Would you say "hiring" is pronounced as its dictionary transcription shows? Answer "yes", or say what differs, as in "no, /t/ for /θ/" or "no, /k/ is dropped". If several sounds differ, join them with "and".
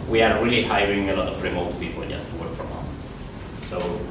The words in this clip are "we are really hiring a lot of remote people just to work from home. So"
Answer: yes